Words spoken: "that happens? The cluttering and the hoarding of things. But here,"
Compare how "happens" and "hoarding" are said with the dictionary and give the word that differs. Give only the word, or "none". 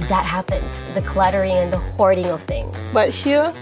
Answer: none